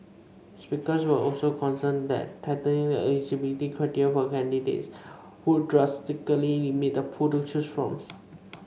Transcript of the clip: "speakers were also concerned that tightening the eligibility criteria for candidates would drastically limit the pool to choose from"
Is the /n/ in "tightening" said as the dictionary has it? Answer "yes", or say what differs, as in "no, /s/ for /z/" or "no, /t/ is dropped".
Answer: no, /n/ is dropped